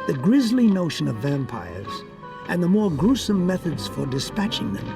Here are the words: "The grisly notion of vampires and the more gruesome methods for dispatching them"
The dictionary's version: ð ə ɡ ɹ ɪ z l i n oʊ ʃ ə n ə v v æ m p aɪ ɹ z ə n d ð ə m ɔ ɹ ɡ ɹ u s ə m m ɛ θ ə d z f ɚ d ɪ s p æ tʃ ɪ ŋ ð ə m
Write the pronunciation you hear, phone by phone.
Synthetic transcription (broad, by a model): ð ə ɡ ɹ ɪ z l i n oʊ ʃ ə n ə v v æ m p aɪ ɹ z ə n ð ə m ɔ ɹ ɡ ɹ u s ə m m ɛ θ ə d z f ɚ d ɪ s p æ tʃ ɪ ŋ ð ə m